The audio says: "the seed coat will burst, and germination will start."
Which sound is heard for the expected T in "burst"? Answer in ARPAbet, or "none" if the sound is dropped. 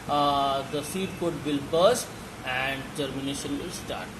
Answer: none